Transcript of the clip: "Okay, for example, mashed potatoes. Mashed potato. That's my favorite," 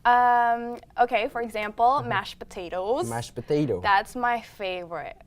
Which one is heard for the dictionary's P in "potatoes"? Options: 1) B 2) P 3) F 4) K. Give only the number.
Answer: 2